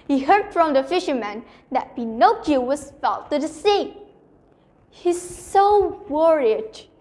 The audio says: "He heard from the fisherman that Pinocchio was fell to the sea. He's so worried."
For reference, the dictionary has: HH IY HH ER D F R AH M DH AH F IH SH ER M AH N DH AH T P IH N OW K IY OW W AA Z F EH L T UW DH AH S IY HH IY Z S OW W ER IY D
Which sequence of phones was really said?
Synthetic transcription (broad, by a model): HH IY HH ER D F R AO M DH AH F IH SH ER M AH N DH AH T B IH N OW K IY W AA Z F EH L T UW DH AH S IY HH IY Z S OW W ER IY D